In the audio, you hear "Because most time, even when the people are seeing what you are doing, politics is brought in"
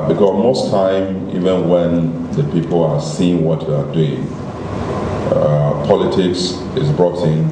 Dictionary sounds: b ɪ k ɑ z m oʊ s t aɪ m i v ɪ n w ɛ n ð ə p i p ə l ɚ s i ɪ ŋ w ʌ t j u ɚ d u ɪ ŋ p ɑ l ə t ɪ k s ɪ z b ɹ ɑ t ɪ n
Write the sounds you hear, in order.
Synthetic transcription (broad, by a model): b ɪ k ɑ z m oʊ s t aɪ m i v ɪ n w ɛ n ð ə p i p ə l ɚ s i ɪ ŋ w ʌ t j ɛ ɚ d u ɪ ŋ p ɑ l ə t ɪ k s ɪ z b ɹ ɑ t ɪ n